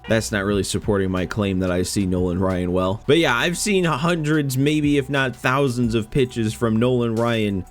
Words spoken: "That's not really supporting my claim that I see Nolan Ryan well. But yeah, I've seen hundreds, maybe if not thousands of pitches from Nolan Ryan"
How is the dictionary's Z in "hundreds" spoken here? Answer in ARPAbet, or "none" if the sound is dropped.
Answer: Z